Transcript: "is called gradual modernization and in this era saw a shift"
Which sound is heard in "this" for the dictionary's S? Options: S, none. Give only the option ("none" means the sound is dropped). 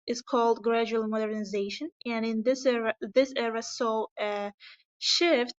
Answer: S